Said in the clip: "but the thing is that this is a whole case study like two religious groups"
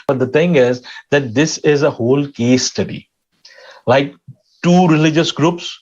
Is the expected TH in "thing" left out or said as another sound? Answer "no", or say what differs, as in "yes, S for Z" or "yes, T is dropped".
yes, T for TH